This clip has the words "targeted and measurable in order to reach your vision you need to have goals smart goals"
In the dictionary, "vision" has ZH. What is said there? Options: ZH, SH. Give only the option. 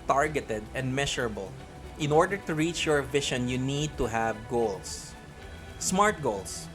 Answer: SH